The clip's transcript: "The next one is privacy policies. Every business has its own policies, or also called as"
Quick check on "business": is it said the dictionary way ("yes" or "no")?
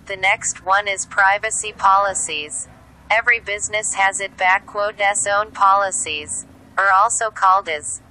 yes